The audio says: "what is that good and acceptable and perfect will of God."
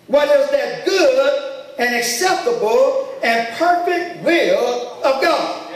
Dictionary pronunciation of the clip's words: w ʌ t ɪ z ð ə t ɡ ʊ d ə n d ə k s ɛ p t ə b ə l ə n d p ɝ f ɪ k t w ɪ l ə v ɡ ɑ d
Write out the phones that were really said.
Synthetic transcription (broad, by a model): w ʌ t ɪ z ð ə t ɡ ʊ d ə n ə k s ɛ p t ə b l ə n p ɝ f ɪ k t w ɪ l ə v ɡ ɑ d